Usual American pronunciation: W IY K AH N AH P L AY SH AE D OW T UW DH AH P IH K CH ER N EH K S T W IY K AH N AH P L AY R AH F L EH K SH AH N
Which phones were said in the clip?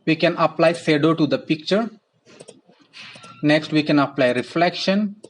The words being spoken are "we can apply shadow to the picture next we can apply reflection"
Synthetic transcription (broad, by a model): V IY K AH N AH P L AY S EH D OW T UW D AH P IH K CH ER N EH K S T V IY K AH N AH P L AY R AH F L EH K SH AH N